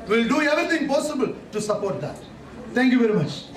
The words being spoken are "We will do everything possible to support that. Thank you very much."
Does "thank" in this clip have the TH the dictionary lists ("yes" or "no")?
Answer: no